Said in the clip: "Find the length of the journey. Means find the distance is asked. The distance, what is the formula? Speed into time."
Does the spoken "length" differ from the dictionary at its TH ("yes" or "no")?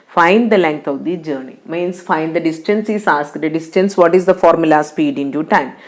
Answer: yes